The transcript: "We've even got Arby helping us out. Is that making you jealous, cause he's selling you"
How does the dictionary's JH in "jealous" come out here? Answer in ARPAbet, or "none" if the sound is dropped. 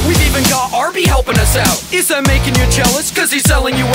CH